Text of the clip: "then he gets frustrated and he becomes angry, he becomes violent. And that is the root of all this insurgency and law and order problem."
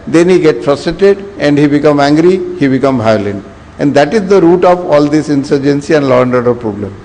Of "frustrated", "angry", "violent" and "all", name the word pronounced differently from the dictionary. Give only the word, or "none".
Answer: violent